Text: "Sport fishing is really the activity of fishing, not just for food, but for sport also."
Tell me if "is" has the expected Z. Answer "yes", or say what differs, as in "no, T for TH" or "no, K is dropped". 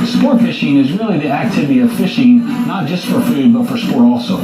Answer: yes